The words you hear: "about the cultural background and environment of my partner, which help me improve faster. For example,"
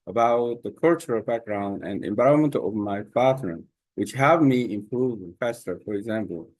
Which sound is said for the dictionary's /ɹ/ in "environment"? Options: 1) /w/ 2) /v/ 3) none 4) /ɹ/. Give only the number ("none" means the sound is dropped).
3